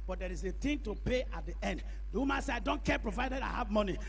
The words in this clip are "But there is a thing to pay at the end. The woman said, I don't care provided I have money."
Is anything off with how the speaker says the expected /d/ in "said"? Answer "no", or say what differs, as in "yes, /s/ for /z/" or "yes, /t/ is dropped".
yes, /d/ is dropped